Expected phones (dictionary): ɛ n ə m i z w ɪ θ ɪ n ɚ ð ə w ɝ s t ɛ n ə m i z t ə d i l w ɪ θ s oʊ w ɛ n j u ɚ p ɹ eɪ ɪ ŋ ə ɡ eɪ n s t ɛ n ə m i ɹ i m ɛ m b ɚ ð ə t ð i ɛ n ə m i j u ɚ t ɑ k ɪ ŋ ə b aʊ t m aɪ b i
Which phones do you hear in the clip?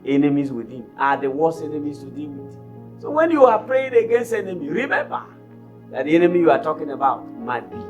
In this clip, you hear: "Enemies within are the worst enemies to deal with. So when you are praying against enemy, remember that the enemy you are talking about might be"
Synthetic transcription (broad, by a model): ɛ n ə m i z w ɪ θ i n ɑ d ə w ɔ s ɛ n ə m i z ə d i n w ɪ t s oʊ w ɛ n j u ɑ p ɹ eɪ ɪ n ə ɡ eɪ n s t ɛ n ə m i ɹ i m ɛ m b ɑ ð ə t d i ɛ n ə m i j u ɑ t ɑ k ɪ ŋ ə b aʊ t m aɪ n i